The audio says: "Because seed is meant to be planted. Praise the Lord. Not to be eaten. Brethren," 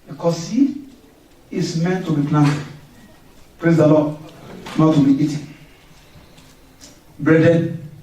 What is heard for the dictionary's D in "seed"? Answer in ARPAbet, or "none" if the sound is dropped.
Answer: none